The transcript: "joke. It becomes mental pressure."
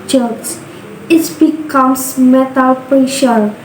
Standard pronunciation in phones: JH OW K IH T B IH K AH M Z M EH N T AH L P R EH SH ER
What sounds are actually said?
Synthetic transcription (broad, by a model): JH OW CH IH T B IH K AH M S M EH T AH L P R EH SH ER